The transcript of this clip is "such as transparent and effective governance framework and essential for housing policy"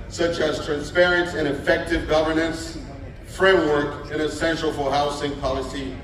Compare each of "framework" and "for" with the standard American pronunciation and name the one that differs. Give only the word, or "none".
none